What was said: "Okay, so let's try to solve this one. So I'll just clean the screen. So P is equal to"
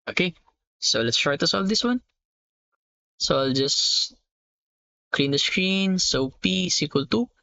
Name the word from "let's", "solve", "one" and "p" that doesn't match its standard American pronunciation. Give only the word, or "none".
none